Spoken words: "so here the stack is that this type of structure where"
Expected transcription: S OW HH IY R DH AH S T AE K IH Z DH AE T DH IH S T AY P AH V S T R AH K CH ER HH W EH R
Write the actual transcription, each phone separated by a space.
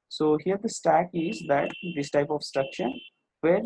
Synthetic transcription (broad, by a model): S OW HH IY R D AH S T AE K IH Z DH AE T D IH S T AY P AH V S T R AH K SH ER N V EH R